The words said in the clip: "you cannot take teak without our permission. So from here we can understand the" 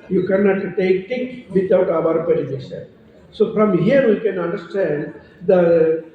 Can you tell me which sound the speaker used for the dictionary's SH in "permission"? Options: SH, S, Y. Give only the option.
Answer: S